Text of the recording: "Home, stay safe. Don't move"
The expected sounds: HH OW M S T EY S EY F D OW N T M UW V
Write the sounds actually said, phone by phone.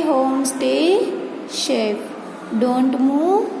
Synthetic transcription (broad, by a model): HH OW M S T EY SH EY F D OW N T M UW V